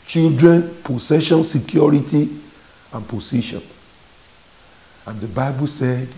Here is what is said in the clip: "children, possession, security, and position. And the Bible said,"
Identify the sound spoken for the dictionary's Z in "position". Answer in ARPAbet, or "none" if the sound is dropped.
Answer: S